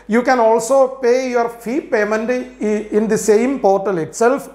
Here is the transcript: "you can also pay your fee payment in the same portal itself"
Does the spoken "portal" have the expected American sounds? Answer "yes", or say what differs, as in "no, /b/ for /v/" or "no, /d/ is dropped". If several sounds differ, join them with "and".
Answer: yes